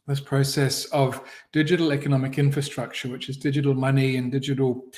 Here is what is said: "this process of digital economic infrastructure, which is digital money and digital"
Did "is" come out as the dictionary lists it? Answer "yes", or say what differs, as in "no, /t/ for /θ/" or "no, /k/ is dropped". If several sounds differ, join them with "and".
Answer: yes